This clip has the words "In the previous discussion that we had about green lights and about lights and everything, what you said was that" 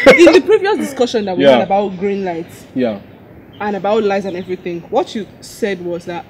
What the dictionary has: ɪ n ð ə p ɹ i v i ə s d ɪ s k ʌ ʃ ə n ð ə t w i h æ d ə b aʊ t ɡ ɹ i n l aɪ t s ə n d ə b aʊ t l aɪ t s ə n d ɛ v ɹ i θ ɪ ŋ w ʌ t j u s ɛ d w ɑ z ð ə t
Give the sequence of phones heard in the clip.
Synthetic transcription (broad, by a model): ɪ ð ə p ɹ i v i ə s d ɪ s k ʌ ʃ ə n ð ə t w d ə b aʊ t ɡ ɹ i n l aɪ t s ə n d ə b aʊ t l aɪ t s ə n ɛ v ɹ i θ ɪ ŋ w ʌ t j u s ɛ d w ɑ z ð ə t